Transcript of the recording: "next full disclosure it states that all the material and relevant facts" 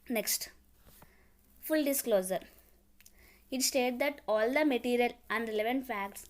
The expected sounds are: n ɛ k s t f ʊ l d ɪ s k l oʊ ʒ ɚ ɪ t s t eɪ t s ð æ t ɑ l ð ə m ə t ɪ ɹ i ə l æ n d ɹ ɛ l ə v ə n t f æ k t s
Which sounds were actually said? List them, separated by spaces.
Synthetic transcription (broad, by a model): n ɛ k s t f ʊ l d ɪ s k l oʊ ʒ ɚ ɪ t s t eɪ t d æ t ɑ l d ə m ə t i ɹ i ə l æ n d ɹ ɛ l ə v ə n t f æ k t s